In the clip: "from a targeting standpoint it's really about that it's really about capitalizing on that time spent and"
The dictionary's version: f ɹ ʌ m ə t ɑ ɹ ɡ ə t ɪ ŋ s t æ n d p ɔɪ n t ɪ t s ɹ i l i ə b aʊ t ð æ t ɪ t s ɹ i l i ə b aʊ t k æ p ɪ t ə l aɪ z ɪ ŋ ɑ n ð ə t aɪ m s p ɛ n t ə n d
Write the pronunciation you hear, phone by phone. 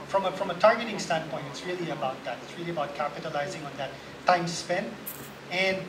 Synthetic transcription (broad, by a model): f ɹ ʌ m ə t ɑ ɹ ɡ ə t ɪ ŋ s t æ n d p ɔɪ n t ɪ t s ɹ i l i ə b aʊ t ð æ t ɪ t s ɹ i l i ə b aʊ t k æ p ɪ t ə l aɪ z ɪ ŋ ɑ n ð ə t aɪ m s p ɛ n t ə n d